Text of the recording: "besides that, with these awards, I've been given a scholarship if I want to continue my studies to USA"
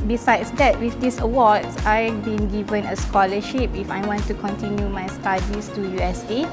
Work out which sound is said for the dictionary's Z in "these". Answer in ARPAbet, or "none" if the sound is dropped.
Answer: S